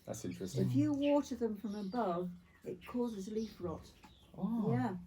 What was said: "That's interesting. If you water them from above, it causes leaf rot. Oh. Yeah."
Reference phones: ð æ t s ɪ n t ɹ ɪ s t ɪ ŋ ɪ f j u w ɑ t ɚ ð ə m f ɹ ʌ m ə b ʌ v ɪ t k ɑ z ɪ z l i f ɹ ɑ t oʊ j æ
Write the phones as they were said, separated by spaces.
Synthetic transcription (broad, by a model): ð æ t s ɪ n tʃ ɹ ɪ s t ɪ ɪ f j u w ɑ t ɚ ð ə m f ɹ ʌ m ə b ʌ v ɪ t k ɑ z ɪ z l i f ɹ ɑ t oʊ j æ